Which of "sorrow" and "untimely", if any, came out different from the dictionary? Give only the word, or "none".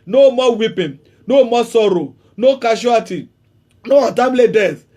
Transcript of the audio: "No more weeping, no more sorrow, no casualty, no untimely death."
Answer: untimely